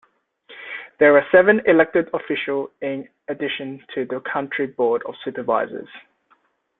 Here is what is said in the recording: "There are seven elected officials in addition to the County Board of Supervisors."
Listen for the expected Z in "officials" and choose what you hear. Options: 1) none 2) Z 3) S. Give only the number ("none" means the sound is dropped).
1